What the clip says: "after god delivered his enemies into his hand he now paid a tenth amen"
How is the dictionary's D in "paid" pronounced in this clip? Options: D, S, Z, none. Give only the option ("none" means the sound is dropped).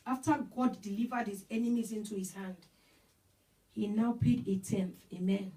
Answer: D